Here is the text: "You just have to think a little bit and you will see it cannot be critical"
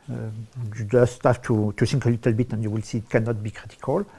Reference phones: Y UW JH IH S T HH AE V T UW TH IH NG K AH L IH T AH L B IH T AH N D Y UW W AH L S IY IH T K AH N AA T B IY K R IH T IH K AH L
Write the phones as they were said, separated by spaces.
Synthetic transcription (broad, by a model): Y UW JH IH S T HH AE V T UW T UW NG K AH L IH T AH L B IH T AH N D Y UW W AH L S IY T K AH N AA T B IY K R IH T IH K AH L